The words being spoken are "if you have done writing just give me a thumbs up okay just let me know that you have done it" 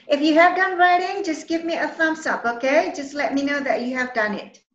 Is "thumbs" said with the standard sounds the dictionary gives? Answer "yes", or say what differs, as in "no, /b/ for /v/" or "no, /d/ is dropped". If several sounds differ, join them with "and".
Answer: no, /f/ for /θ/ and /s/ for /z/